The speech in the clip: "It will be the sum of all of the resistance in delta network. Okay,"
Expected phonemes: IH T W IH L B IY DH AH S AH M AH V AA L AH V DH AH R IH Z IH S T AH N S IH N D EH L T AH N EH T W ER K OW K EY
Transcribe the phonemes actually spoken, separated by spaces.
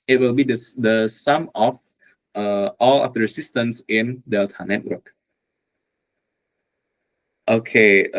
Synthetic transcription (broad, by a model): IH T W IH L B IY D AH S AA M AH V AA L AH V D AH R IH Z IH S T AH N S IH N D EH L T AH N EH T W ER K OW K EY